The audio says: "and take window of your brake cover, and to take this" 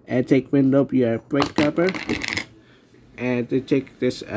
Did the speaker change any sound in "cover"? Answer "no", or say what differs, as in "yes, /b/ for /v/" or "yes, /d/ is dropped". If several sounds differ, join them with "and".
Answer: yes, /p/ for /v/